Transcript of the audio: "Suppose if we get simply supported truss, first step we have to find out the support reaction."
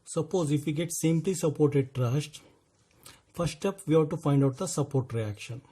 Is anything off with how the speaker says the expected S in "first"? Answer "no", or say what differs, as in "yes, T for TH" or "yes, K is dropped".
yes, S is dropped